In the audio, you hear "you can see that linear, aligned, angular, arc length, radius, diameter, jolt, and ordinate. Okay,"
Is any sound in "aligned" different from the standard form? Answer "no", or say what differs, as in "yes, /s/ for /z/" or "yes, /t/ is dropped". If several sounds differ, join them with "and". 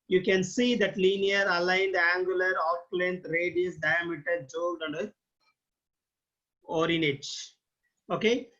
no